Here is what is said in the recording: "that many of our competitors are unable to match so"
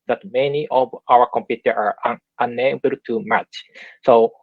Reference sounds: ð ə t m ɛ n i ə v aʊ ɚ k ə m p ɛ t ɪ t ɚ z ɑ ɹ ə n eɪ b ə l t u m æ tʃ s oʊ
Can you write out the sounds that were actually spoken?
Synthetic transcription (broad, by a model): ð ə t m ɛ n i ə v aʊ ɚ k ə m p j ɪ t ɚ ɑ ɹ ə n eɪ b ə l t u m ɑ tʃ s oʊ